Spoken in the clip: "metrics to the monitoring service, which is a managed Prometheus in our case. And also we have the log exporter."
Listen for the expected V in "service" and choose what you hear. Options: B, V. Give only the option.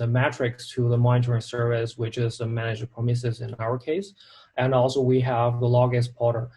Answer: V